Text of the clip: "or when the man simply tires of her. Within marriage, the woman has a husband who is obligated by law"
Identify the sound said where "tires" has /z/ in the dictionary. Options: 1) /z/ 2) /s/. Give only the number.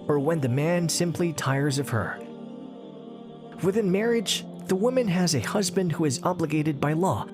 1